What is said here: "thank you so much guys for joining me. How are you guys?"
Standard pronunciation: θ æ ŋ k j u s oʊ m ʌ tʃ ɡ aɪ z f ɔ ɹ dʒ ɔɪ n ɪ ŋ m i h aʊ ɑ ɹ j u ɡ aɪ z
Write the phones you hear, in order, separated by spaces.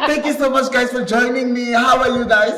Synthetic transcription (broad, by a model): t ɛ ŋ k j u s oʊ m ʌ tʃ ɡ aɪ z f ɔ ɹ dʒ ɔɪ n ɪ ŋ m i h aʊ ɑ l j u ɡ aɪ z